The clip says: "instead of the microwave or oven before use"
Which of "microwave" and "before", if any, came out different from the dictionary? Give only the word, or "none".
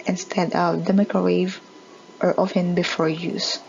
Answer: microwave